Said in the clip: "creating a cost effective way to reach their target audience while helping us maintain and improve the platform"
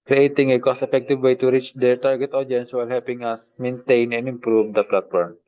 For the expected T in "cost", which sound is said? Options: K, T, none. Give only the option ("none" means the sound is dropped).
none